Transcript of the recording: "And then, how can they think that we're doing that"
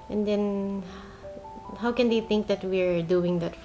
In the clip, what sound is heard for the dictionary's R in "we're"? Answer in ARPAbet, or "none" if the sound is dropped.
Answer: R